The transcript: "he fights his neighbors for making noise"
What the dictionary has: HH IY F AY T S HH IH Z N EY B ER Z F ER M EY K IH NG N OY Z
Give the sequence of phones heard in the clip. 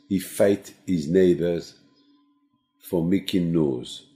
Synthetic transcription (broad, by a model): HH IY F AY T HH IH Z N EY B ER Z F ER M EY K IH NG N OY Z